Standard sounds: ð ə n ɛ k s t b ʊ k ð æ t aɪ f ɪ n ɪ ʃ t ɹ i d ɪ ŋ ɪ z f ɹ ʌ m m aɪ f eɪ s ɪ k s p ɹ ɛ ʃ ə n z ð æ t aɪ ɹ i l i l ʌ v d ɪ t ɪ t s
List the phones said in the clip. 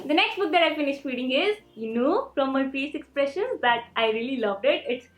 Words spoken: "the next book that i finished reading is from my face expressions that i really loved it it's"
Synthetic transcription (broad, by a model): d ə n ɛ k s t b ʊ k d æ t aɪ f ɪ n ɪ ʃ t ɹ i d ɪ ŋ ɪ z f ɹ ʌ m m aɪ p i s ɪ k s p ɹ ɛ ʃ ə n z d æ t aɪ ɹ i l i l ʌ v d ɪ t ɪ t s